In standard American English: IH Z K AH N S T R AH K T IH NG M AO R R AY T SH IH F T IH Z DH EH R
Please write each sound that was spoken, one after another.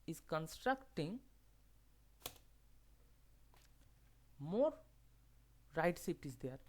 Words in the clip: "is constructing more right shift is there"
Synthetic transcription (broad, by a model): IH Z K AH N S T R AH K T IH NG M AO R R AY T S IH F T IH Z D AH R